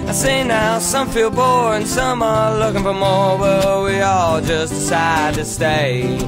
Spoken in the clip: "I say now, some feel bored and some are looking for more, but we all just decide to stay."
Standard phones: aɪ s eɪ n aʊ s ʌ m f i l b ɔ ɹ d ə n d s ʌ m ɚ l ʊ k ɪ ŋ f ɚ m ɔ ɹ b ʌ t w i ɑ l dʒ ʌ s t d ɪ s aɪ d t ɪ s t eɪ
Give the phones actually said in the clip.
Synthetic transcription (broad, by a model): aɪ s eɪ n aʊ s ʌ m f i l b ɔ ɹ ə n s ʌ m ɚ l ʊ k ɪ ŋ f ɚ m ɔ ɹ b ʌ t w i ɑ l dʒ ʌ s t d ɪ s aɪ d t ɪ s t eɪ